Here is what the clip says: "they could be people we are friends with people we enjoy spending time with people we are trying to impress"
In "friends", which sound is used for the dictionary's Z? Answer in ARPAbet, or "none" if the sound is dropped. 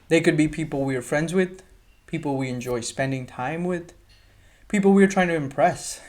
Z